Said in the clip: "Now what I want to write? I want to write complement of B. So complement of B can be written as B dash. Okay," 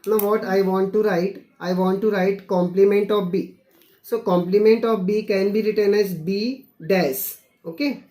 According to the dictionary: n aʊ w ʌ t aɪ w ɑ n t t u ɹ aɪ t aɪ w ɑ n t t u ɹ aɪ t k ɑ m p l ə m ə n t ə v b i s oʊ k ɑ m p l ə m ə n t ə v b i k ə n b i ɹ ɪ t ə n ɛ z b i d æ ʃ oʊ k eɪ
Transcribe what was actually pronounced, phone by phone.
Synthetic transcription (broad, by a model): n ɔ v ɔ t aɪ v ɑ n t t u ɹ aɪ t aɪ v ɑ n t t u ɹ aɪ t k ɑ m p l ə m ə n t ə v b i s oʊ k ɑ m p l ə m ə n t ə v b i k ə n b i ɹ ɪ t ə n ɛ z b i d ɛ s oʊ k eɪ